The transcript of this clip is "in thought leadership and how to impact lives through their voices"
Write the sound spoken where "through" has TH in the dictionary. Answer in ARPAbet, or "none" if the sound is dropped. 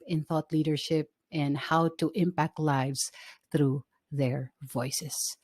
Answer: TH